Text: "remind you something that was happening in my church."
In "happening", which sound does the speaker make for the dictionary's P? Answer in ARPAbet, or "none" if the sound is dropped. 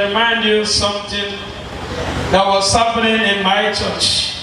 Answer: F